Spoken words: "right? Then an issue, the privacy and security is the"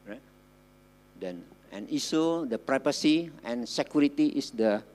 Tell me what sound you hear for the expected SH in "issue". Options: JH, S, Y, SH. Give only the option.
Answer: S